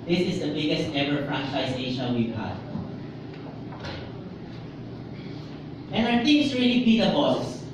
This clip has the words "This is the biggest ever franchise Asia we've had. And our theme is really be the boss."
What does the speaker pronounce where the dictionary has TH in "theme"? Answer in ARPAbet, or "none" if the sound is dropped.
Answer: T